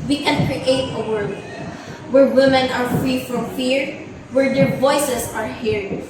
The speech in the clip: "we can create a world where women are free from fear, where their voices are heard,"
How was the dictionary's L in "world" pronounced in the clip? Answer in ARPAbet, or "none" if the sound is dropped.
none